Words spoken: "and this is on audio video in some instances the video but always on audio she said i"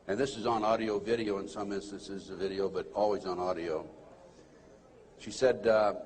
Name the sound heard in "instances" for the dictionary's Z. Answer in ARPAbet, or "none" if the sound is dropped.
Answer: Z